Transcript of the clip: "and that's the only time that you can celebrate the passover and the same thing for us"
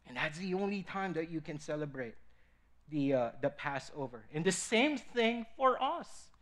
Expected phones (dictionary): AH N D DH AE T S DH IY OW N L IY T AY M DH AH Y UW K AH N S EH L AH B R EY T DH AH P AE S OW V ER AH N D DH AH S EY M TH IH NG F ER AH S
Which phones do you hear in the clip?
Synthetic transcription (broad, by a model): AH N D DH AE T S DH IY OW N L IY T AY M DH AH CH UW K AH N S EH L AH B R EY T DH AH P AE S OW V ER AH N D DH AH S EY M TH IH NG F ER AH S